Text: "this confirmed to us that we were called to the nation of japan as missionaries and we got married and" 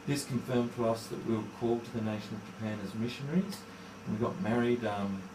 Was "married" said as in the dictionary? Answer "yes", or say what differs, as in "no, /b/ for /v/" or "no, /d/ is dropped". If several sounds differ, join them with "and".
yes